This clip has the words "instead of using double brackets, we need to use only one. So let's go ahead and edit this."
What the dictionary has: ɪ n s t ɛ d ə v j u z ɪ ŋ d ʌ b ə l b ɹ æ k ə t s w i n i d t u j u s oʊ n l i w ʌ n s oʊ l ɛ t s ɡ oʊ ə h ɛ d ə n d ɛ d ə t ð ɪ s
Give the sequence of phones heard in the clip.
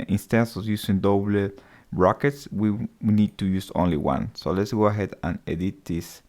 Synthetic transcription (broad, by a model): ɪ n s t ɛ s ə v j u s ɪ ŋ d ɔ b l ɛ ɹ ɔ k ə t s w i n i d t u j u s oʊ n l i w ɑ n s oʊ l ɛ t s ɡ oʊ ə h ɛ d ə n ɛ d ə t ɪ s